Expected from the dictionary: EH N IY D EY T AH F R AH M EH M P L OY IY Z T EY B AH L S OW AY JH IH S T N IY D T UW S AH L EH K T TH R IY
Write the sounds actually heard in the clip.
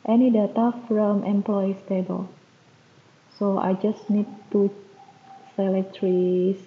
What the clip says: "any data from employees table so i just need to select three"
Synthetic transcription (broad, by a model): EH N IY D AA T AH F R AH M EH M P L OY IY S T EY B AH L S OW AY JH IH S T N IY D T UW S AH L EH T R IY